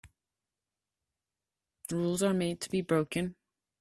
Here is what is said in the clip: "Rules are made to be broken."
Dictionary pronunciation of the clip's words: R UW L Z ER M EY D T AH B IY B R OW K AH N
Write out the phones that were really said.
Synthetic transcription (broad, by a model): R UW L Z ER M EY D T AH B IY B R OW K AH N